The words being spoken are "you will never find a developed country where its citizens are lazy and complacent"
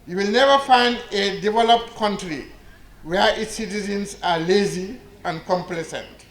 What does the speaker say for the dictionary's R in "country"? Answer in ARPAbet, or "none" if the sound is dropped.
R